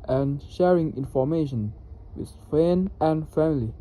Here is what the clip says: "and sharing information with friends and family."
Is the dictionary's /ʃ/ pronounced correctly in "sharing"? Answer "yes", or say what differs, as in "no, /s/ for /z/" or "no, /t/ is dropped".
yes